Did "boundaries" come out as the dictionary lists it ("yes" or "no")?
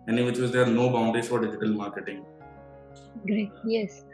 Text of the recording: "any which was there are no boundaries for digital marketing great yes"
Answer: no